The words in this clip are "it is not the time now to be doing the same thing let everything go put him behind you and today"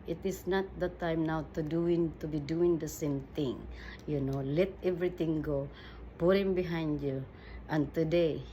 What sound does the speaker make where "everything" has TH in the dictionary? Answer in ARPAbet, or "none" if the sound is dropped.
T